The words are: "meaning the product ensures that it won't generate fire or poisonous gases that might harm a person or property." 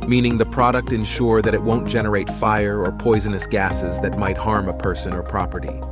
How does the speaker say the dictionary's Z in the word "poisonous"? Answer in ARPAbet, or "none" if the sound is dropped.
Z